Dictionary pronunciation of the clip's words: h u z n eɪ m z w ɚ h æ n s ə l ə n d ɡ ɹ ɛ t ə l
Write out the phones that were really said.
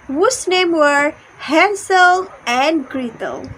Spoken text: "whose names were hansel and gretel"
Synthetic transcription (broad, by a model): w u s n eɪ m w ɚ h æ n s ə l ə n d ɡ ɹ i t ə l